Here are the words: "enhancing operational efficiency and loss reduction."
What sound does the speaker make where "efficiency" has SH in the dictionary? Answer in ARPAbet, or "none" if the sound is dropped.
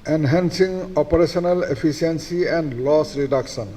S